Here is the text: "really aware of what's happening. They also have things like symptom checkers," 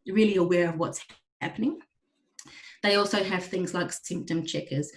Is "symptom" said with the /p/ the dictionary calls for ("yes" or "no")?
yes